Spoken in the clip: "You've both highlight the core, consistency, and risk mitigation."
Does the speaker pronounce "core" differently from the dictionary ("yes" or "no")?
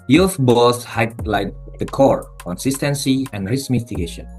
no